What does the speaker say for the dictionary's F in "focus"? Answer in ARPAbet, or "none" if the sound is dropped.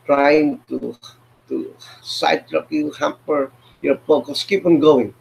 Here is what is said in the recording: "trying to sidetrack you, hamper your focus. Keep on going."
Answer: P